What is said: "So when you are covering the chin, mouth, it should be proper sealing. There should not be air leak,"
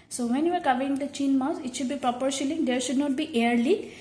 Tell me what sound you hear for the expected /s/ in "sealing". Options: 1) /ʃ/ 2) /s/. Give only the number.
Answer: 1